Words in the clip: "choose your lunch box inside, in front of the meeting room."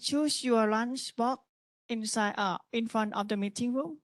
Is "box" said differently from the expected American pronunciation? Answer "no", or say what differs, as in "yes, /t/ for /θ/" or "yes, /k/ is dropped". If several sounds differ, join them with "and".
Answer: yes, /s/ is dropped